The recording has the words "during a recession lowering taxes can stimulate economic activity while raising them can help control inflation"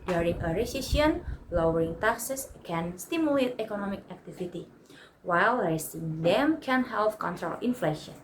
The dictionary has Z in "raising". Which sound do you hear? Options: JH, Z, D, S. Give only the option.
S